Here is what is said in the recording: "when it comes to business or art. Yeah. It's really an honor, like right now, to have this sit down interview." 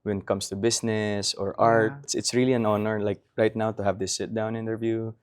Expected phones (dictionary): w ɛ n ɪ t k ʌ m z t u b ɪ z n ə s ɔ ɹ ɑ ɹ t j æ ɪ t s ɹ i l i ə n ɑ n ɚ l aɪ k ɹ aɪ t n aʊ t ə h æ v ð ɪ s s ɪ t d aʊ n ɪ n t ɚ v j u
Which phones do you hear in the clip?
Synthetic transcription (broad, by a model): w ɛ n ɪ t k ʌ m s t u b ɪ s n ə s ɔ ɹ ɑ ɹ t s ɪ t s ɹ i l i ə n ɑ n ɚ l aɪ k ɹ aɪ t n aʊ t ə h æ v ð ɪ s s ɪ t d aʊ n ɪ n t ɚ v j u